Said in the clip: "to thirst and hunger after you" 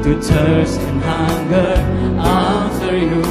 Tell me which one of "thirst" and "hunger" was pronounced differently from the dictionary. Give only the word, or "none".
thirst